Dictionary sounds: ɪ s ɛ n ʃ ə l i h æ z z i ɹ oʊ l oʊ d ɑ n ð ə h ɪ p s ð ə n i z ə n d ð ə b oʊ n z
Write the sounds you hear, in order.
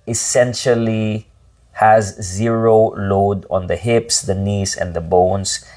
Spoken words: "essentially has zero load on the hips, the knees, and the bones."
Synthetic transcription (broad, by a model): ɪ s ɛ n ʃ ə l i h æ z z i ɹ oʊ l oʊ d ɑ n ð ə h ɪ p s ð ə n i s ə n d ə b oʊ n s